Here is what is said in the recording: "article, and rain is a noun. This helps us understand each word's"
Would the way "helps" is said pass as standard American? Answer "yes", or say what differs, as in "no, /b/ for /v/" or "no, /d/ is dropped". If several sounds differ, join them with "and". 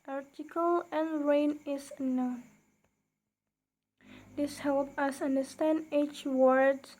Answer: no, /s/ is dropped